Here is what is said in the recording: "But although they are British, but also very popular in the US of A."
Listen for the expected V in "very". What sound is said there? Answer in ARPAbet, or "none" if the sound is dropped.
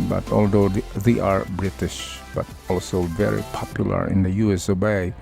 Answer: V